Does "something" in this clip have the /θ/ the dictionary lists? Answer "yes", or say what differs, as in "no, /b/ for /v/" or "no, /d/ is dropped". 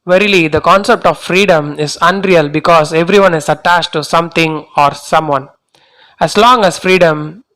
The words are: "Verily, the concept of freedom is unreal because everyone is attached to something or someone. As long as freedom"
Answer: no, /t/ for /θ/